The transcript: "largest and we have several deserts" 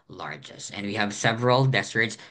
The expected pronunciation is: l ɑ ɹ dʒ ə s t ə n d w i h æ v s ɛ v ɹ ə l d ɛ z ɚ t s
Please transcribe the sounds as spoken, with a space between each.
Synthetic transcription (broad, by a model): l ɑ ɹ dʒ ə s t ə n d w i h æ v s ɛ v ɹ ə l d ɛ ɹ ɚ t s